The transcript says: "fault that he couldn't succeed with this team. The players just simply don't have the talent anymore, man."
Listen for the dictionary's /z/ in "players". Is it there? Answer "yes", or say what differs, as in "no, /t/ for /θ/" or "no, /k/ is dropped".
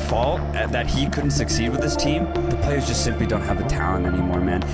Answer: yes